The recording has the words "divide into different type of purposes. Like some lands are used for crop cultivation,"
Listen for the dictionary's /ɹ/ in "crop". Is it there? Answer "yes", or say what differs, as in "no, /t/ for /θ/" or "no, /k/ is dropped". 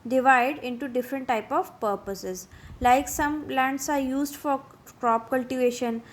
yes